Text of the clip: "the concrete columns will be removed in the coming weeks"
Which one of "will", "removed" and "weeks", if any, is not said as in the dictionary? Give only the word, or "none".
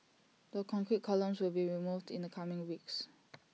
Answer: none